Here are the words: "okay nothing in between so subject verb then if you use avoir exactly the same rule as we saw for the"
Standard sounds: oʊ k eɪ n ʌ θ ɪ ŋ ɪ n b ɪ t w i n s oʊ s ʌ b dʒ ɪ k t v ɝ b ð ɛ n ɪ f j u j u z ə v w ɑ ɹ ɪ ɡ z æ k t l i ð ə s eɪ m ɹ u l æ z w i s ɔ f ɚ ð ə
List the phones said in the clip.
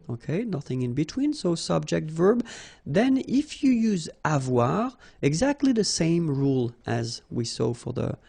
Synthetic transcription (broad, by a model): oʊ k eɪ n ʌ θ ɪ ŋ ɪ n b ɪ t w i n s oʊ s ʌ b dʒ ɪ k t v ɝ b ð ɛ n ɪ f j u j u z ə v w ɑ ɹ ɪ ɡ z æ k t l i ð ə s eɪ m ɹ u l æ z w i s ɔ f ɚ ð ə